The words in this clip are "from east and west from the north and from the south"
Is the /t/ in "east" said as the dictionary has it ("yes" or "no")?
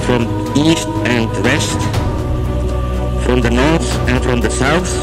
yes